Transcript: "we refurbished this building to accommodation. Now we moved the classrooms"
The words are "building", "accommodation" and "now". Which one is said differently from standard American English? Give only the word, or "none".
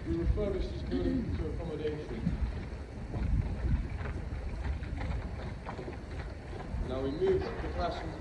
building